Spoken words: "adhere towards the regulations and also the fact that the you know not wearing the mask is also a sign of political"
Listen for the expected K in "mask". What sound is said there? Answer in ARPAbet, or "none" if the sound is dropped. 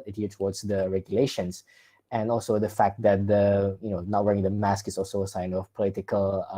K